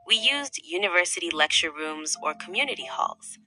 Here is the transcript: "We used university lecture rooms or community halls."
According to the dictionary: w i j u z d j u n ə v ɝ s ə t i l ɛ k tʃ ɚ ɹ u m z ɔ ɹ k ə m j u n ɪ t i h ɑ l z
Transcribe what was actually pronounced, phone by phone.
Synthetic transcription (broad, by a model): w i j u z d j u n ə v ɝ s ə t i l ɛ k tʃ ɚ ɹ u m z ɔ ɹ k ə m j u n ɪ t i h ɑ l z